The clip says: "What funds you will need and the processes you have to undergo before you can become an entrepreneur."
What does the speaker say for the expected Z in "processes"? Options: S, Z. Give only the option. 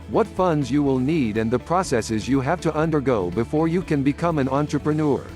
Z